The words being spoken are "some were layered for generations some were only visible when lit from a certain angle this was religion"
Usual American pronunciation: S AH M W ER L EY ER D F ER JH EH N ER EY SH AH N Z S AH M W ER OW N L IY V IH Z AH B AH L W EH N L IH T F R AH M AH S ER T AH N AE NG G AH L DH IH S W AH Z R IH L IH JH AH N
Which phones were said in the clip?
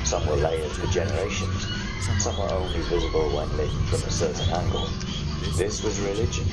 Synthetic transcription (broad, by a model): S AH M W ER L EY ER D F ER JH EH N ER EY SH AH N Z S AH M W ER OW N L IY V IH Z AH B AH L W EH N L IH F R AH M AH S ER T N AE NG G AH L DH IH S W AH Z R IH L IH JH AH N